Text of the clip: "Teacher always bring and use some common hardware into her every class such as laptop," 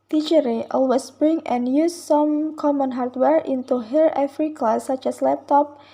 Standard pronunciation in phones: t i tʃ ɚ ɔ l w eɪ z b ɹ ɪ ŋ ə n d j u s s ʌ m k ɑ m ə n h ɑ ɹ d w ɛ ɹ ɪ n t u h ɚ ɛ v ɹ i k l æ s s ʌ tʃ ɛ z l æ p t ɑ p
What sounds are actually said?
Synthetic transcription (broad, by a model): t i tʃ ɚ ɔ l w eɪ s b ɹ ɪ ŋ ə n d j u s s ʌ m k ɑ m ə n h ɑ ɹ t w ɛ ɹ ɪ n t u h ɚ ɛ f ɹ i k ɑ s s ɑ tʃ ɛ s l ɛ p t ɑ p